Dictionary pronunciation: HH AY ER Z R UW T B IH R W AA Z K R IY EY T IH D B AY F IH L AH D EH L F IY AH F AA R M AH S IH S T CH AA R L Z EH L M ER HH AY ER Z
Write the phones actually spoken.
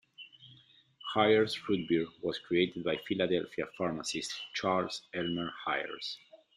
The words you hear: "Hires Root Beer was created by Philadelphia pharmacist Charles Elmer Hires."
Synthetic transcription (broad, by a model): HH AY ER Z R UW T B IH R W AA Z K R IY EY T IH D B AY F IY L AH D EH L F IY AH F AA R M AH S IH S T CH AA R L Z EH L M ER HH AY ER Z